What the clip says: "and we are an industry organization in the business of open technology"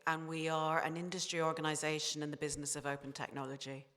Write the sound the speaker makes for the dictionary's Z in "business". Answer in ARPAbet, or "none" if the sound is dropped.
Z